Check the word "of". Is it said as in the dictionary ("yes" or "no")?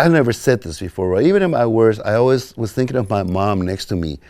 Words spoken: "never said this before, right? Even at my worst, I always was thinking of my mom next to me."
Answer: yes